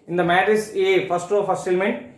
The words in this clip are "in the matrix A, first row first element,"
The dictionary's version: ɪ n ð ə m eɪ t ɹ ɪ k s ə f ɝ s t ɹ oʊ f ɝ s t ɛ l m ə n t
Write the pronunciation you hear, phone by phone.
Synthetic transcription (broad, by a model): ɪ n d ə m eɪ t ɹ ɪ s ə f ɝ s t ɹ oʊ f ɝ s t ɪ l m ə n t